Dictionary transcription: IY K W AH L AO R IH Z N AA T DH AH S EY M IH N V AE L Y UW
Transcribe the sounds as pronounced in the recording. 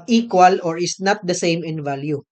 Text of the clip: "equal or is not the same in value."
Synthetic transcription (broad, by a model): IY K W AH L AO R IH S N AA T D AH S EY M IH N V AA L Y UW